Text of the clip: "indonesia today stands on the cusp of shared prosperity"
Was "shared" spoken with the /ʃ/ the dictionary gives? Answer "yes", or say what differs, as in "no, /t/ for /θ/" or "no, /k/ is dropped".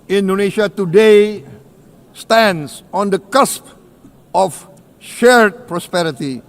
yes